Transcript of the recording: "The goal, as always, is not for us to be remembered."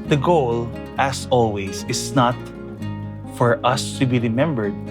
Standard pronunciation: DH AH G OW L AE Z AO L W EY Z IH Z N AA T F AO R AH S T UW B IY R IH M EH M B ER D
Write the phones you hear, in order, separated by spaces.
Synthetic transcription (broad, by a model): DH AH G OW L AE S AO L W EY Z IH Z N AA T F AO R AH S T UW B IY R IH M EH M B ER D